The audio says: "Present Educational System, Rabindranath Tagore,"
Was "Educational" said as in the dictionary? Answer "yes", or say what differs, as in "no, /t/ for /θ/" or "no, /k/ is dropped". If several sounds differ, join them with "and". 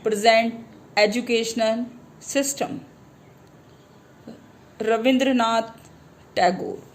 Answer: yes